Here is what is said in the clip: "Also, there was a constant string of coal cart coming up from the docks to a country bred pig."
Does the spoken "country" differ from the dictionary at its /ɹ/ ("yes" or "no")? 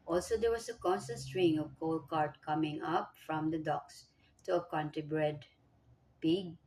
yes